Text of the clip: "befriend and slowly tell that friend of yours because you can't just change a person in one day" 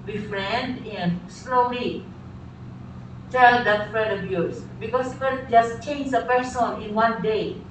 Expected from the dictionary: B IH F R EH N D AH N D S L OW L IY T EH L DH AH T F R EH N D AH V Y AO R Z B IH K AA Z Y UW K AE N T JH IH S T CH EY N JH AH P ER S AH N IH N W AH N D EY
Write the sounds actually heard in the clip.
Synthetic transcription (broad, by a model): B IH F R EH N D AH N S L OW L IY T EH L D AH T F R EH D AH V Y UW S B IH K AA S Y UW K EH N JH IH S CH EY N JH AH P ER S AH N IH N W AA N D EY